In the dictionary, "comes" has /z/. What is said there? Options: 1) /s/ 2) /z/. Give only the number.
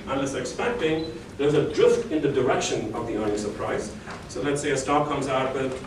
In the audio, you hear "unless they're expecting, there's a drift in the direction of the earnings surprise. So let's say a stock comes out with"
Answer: 2